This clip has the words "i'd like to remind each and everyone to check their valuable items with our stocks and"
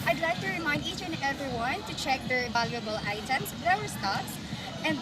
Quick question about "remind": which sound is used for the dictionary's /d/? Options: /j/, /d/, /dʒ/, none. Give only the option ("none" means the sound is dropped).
/d/